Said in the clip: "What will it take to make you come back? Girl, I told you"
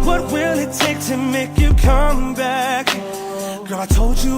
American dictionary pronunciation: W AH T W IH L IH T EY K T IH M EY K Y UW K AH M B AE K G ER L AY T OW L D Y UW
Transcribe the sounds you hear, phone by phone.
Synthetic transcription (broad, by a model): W AH T W IH L IH T EY K T IH M EY K Y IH K AH M B AE K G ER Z AY T OW L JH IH